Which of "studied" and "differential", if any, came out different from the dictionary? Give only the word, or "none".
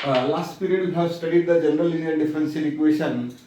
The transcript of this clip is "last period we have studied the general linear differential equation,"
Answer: differential